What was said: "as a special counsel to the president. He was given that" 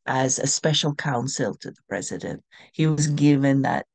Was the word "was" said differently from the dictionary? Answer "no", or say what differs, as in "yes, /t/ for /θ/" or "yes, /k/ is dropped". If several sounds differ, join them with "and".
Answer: no